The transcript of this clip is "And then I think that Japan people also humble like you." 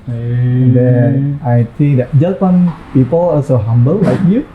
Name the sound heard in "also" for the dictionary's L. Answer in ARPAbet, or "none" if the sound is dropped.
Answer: none